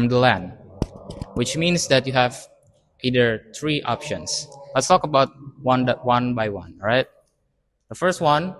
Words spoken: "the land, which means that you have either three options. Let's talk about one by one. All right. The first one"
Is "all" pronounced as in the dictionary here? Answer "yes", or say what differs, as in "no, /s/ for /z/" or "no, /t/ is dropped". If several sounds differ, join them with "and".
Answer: no, /n/ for /l/